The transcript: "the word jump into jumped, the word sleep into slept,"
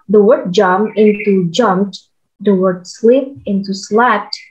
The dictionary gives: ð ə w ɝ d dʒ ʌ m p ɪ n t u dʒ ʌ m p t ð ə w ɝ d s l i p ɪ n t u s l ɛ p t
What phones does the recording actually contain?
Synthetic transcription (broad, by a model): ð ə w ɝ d dʒ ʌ m ɪ n t u dʒ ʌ m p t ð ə w ɝ d s l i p ɪ n t u s l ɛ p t